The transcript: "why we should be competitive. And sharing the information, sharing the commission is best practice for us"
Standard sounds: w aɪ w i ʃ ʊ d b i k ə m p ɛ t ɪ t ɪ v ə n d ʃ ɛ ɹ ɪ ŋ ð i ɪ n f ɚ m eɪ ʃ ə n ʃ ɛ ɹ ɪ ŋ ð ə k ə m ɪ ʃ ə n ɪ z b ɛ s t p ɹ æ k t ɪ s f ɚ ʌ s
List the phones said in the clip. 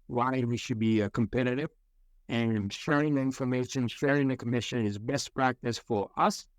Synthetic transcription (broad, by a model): w aɪ w i ʃ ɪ d b i k ə m p ɛ t ɪ t ɪ v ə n ʃ ɛ ɹ ɪ ŋ ð i ɪ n f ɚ m eɪ ʃ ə n ʃ ɛ ɹ ɪ ŋ ð ə k ə m ɪ ʃ ə n ɪ z b ɛ s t p ɹ æ k t ɪ s f ɚ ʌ s